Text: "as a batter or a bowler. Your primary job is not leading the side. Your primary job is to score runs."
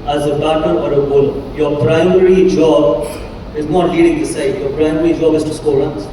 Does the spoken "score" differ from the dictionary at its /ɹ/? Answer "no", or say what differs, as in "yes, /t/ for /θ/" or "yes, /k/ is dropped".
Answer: yes, /l/ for /ɹ/